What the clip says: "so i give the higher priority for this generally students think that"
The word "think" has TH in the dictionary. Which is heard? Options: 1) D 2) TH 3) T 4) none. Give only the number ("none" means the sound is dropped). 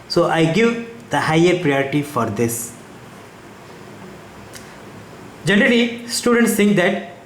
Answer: 3